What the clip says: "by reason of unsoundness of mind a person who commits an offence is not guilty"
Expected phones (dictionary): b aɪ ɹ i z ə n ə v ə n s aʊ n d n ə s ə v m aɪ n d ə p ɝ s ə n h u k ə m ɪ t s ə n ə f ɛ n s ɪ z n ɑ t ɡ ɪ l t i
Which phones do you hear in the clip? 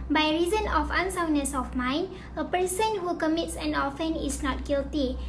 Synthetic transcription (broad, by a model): b aɪ ɹ i z ə n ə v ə n s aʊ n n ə s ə f m aɪ n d ə p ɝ s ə n h u k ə m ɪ t s ə n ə f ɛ n ɪ s n ɑ t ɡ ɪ l t i